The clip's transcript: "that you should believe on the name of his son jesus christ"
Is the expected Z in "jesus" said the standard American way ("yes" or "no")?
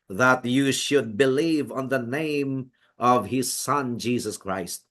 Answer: yes